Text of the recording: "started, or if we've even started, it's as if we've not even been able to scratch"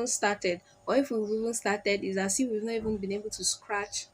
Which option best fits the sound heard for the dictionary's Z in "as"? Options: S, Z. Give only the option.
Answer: S